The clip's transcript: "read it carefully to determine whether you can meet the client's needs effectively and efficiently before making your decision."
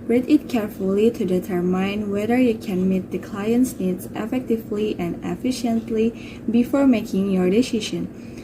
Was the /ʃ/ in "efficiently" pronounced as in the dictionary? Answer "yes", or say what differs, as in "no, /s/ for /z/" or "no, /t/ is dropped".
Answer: yes